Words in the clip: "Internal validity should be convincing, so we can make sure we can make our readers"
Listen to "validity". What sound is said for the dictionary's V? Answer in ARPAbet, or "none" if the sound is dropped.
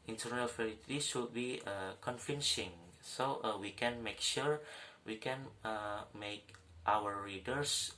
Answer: F